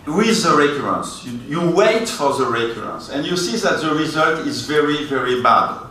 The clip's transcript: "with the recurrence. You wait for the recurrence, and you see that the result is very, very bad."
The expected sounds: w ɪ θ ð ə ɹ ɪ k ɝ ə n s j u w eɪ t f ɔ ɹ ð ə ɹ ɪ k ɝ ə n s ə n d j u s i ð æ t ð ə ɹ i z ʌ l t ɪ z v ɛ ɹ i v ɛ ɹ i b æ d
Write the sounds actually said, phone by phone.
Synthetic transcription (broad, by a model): w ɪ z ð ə ɹ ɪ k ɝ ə n s j u w eɪ t f ɔ ɹ ð ə ɹ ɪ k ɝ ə n s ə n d j u s i ð æ t ð ə ɹ i z ʌ l t ɪ z v ɛ ɹ i v ɛ ɹ i b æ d